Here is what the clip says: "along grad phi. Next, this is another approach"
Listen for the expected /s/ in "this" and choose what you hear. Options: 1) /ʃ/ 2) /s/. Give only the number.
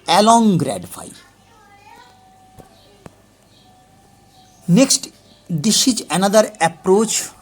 1